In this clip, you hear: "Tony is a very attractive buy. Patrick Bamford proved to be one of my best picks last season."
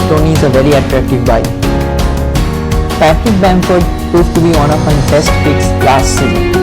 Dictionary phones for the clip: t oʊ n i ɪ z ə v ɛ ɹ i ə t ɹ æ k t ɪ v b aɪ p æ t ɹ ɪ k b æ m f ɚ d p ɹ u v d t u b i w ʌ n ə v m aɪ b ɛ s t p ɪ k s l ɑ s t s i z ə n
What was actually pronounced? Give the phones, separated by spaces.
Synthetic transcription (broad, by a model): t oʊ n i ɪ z ə v ɛ ɹ i ə t ɹ æ k t ɪ v b aɪ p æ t ɪ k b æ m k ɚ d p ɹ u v t u b i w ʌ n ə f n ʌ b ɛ s t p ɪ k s l ɑ s t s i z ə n